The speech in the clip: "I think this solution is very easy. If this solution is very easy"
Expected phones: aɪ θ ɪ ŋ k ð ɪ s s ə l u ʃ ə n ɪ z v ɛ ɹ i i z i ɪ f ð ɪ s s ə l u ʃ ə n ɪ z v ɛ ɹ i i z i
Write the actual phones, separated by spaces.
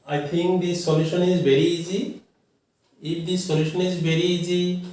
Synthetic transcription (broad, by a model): aɪ t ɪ ŋ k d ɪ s s ə l u ʃ ə n ɪ z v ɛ ɹ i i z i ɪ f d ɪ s s ə l u ʃ ə n ɪ z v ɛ ɹ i i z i